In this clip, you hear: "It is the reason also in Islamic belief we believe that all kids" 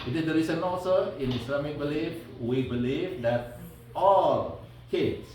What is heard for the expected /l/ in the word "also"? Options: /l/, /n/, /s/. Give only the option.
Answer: /n/